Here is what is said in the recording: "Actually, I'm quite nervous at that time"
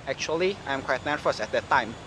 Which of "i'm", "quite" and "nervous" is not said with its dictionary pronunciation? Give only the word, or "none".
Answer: nervous